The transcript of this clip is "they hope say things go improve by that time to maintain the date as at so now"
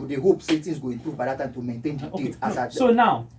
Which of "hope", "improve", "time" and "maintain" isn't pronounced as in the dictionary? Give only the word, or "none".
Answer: none